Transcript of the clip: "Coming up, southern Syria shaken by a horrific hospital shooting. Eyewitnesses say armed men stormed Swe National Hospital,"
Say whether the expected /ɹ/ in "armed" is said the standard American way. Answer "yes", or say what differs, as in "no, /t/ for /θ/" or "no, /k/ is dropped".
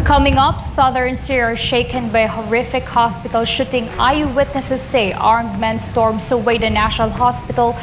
yes